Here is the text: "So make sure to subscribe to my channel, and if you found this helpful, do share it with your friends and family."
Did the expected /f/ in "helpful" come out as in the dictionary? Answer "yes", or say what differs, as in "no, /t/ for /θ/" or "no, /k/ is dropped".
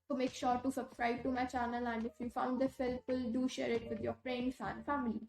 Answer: no, /f/ is dropped